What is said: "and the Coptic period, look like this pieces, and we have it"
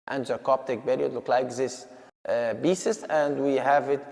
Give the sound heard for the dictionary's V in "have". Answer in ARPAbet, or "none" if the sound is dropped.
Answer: V